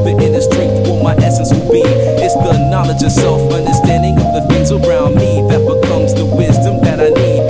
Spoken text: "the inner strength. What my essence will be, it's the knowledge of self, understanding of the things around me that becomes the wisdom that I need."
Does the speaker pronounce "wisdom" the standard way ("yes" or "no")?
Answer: yes